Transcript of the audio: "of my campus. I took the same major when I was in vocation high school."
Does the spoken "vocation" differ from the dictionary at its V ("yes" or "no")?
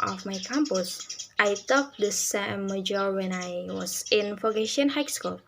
yes